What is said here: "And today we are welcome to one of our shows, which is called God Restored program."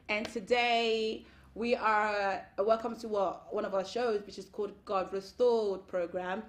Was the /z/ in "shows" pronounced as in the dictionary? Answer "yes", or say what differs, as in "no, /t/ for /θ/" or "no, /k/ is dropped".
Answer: yes